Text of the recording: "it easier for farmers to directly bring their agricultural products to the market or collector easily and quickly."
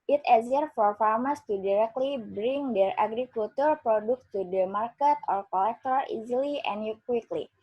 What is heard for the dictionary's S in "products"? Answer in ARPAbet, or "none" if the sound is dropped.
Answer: none